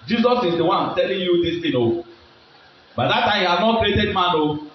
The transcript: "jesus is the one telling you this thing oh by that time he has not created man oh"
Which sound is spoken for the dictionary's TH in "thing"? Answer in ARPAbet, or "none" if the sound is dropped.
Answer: T